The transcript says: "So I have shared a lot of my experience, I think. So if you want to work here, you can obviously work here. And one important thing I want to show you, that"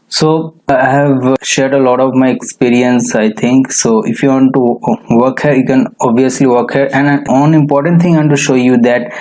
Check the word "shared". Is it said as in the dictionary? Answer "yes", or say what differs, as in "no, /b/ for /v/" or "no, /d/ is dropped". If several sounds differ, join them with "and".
yes